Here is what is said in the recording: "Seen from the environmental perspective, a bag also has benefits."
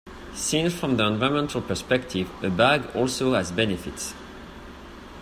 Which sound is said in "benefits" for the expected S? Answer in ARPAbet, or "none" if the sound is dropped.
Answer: S